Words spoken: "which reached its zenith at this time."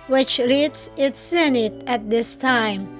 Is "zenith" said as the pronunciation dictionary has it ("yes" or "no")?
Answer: no